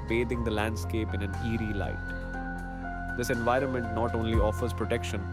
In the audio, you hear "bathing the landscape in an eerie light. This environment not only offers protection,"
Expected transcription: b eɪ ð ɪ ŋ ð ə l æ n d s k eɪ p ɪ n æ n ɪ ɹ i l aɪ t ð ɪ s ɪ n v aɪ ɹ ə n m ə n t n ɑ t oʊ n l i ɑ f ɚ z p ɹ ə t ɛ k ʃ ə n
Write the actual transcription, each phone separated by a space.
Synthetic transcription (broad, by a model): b eɪ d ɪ ŋ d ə l æ n d s k eɪ p ɪ n æ n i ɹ i l aɪ t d ɪ s ɪ n v aɪ ɹ ə n m ə n t n ɑ t oʊ n l i ɑ f ɚ z p ɹ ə t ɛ k ʃ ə n